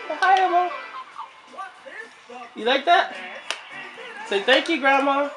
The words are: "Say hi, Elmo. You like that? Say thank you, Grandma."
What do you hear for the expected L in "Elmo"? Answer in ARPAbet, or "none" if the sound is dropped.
none